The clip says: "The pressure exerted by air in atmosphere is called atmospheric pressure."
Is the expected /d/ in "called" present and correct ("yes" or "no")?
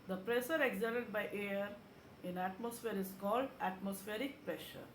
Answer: yes